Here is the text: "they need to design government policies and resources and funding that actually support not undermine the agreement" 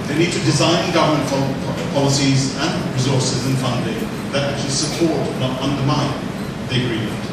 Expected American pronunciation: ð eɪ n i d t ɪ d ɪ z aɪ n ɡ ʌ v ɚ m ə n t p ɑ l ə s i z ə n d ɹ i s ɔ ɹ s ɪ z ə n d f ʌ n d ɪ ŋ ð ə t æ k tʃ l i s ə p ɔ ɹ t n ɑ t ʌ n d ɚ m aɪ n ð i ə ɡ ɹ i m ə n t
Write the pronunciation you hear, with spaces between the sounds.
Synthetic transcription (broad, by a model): ð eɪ n i d t ɪ d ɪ z aɪ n ɡ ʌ v ɚ m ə n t p ɑ l ə s i z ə n ɹ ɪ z ɔ ɹ s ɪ z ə n f ʌ n d ɪ ŋ ð ə t æ k tʃ l i s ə p ɔ ɹ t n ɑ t ʌ n d ɚ m aɪ n ð i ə ɡ ɹ i m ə n t